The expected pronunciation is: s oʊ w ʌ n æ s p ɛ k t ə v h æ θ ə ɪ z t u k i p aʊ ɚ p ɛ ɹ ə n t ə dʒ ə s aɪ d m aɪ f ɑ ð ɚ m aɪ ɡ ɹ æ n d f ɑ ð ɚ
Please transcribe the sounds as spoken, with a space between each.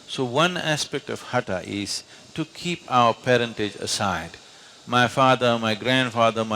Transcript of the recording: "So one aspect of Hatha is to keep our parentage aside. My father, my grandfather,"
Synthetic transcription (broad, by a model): s oʊ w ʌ n æ s p ɛ k t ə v h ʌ t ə ɪ z t u k i p aʊ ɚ p ɛ ɹ ə n t ə dʒ ə s aɪ d m aɪ f ɑ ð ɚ m aɪ ɡ ɹ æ n d f ɑ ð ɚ